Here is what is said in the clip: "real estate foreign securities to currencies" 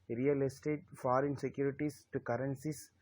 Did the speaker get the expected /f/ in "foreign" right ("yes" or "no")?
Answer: yes